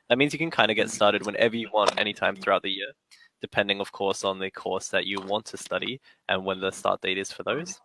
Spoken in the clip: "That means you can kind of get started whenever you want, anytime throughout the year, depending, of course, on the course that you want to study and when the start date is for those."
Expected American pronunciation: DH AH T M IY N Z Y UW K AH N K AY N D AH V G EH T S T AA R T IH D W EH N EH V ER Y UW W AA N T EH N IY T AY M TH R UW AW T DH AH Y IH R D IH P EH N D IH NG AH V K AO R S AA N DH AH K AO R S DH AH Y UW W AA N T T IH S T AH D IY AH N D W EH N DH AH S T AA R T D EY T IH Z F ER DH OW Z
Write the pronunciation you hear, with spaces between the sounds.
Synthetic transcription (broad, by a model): DH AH T M IY N Z Y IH K AH N K AY N D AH G EH T S T AA R T IH D W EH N EH V ER Y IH W AA N T EH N IY T AY M TH R UW AW T DH AH Y IH R D IH P EH N D IH NG AH V K AO R S N DH AH K AO R S DH AH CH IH W AA N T T IH S T AH D IY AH N W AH N DH AH S T AA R T D EY T IH Z F ER DH OW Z